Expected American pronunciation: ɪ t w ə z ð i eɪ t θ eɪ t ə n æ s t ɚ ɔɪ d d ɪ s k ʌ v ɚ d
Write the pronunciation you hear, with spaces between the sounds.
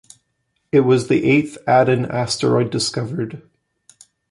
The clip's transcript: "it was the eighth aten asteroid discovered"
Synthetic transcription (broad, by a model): ɪ t w ə z ð i eɪ t θ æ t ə n æ s t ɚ ɔɪ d d ɪ s k ʌ v ɚ d